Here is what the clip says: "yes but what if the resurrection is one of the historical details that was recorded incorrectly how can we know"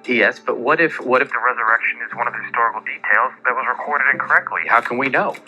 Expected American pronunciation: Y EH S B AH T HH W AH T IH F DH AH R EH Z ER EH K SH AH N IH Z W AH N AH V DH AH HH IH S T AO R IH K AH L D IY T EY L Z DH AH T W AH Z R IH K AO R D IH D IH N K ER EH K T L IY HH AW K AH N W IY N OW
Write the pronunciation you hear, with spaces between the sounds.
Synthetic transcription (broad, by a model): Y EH S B AH T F W AH T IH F DH AH R EH Z ER EH K SH AH N IH Z W AH N AH V DH AH HH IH S T AO R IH K L D IY T EY L Z DH AH T W AH Z R IH K AO R D IH D IH N K ER EH K T L IY HH AW K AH N W IY N OW